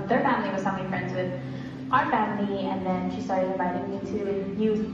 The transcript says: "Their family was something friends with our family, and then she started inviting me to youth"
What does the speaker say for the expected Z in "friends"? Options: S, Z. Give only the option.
Z